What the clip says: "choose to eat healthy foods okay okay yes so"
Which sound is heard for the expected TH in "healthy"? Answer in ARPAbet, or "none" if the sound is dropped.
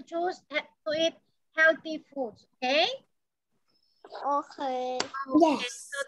T